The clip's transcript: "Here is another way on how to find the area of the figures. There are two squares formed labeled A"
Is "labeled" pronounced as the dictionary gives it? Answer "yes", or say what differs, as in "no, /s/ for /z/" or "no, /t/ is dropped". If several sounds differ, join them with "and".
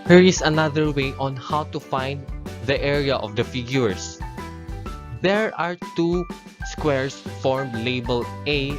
no, /d/ is dropped